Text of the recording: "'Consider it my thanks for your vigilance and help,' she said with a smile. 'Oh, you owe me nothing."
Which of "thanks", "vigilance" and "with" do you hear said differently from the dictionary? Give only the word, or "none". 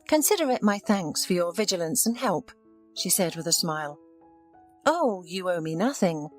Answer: none